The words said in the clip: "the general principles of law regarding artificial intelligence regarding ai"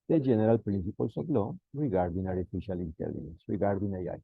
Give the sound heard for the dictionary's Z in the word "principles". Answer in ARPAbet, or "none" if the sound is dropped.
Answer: S